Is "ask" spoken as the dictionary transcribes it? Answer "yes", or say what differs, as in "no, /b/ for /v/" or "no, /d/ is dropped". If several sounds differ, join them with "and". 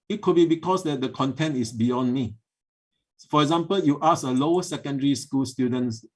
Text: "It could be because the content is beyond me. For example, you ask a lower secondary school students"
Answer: no, /k/ is dropped